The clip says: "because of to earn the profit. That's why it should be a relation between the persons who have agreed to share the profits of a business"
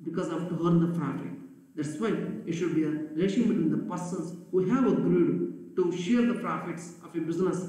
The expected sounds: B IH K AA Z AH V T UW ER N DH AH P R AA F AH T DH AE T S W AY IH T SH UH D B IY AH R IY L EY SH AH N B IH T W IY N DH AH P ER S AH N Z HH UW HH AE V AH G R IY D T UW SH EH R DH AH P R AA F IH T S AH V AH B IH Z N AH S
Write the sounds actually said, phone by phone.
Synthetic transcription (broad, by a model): B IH K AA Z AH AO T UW ER N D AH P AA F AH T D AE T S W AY IH T SH UH D B IY AH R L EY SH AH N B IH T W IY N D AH P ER S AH N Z HH UW HH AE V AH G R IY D T UW SH EH R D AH P R AA F IH T S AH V AH B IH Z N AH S